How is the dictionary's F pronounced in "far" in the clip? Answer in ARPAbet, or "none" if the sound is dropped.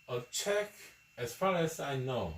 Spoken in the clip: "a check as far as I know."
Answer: F